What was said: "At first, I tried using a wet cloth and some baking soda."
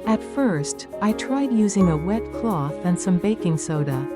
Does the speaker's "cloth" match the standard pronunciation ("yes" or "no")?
yes